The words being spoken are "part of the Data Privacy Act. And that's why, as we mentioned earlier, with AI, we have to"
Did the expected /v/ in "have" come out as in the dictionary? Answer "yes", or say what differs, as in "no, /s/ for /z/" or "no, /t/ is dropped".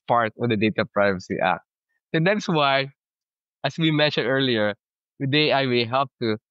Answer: no, /p/ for /v/